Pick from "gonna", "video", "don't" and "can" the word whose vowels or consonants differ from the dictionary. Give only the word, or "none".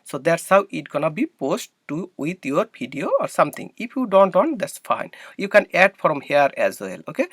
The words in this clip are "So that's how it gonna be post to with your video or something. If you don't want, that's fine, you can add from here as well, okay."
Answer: video